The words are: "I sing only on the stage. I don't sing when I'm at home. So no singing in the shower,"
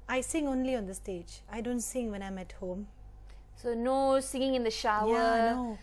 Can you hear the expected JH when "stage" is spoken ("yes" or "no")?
yes